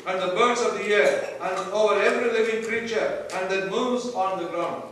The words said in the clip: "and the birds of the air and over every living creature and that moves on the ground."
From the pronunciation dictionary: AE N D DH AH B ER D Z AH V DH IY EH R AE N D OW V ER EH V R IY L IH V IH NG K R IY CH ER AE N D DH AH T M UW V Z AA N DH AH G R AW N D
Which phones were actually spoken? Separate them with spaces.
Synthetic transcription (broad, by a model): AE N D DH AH B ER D S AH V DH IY EH R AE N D OW V ER EH V R IY L IH V IH NG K R IY CH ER AE N D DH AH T M UW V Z AA N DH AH G R AW N D